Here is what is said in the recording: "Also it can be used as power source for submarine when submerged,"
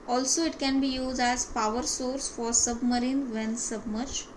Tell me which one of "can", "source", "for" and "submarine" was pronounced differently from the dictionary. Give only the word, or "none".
none